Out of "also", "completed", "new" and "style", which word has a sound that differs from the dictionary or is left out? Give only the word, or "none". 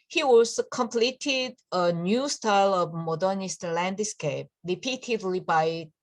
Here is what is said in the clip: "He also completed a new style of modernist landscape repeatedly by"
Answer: also